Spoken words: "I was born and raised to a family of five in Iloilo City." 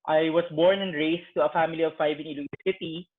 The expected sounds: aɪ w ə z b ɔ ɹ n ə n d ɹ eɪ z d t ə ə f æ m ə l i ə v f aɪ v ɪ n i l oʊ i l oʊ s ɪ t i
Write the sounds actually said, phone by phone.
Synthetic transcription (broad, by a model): aɪ w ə s b ɔ ɹ n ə n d ɹ eɪ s t ə ə f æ m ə l i ə v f aɪ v ɪ n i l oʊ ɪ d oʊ s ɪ t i